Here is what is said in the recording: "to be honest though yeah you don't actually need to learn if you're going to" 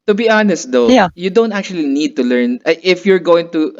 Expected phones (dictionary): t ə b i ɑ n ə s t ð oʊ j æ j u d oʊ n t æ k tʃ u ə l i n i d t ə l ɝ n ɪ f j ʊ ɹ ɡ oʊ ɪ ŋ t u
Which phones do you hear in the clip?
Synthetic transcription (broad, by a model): t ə b i ɑ n ə s t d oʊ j j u d oʊ n t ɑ k tʃ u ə l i n i d t ə l ɝ n ɪ f j ʊ ɹ ɡ oʊ ɪ ŋ t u